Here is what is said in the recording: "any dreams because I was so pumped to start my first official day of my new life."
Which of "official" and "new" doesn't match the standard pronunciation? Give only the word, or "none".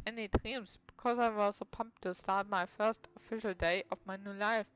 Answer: none